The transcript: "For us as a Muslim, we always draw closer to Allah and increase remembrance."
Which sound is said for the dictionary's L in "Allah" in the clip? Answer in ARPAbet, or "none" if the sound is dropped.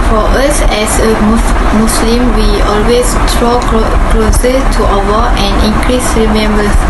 W